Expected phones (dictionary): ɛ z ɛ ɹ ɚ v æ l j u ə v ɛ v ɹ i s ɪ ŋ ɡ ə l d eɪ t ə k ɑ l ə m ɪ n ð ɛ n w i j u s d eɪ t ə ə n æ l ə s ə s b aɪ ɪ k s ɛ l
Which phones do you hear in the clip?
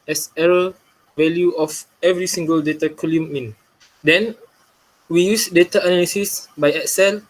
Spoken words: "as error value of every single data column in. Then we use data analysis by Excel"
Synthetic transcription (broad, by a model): ɛ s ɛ ɹ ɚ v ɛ l j u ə f ɛ v ɹ i s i ŋ ɡ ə l d eɪ t ə k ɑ l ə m ɪ n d ɛ n w i j u s d eɪ t ə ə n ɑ l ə s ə s b aɪ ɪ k s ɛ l